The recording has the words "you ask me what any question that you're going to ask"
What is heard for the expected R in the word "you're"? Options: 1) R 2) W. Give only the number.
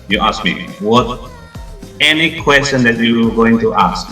2